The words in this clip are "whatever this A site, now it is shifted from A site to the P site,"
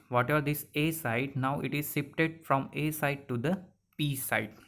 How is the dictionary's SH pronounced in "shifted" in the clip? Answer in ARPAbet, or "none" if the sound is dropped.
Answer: S